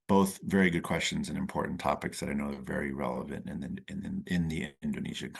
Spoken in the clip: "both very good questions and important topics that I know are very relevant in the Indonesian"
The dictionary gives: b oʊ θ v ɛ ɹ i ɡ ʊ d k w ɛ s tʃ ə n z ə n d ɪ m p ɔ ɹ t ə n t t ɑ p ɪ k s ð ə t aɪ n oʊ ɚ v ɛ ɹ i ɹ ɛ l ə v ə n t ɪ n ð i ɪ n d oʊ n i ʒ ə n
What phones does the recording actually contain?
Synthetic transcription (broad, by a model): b oʊ θ v ɛ ɹ i ɡ ʊ d k w ɛ s tʃ ə n z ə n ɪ m p ɔ ɹ t n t t ɑ p ɪ k s ð ə t aɪ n oʊ ɚ v ɛ ɹ i ɹ ɛ l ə v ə n t ɪ n ð i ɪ n d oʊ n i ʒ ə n